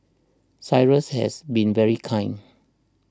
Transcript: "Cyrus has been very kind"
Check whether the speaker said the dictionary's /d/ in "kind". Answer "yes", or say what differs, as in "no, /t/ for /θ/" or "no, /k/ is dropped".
no, /d/ is dropped